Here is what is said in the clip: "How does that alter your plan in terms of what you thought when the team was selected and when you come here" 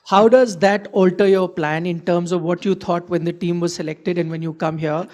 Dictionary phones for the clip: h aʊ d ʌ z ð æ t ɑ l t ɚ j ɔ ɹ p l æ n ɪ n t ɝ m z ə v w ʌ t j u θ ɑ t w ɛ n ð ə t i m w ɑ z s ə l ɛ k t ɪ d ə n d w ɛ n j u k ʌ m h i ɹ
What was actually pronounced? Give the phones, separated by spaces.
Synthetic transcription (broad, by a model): h aʊ d ʌ z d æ t ɑ l t ɚ j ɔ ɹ p l æ n ɪ n t ɝ m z ə v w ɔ t j u t ɑ t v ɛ n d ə t i m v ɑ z s ə l ɛ k t ɪ d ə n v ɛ n j u k ʌ m h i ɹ